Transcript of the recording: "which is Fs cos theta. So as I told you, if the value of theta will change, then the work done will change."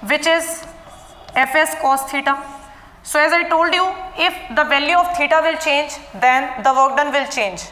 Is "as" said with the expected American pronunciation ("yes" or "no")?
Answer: yes